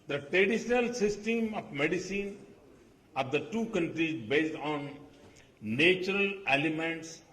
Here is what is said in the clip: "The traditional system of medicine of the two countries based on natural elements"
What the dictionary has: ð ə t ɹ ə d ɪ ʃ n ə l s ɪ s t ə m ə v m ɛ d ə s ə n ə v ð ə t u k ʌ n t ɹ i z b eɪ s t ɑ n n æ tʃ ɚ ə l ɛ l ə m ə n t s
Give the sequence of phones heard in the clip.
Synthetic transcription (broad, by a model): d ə t ɹ ə d ɪ ʃ n ə l s ɪ s t ə m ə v m ɛ d ə s ə n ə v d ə t u k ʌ n t ɹ i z b eɪ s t ɑ n n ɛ tʃ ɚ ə l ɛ l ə m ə n t s